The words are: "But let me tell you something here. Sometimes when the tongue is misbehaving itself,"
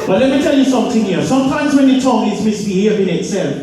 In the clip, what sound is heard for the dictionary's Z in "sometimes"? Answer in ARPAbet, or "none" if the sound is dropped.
Z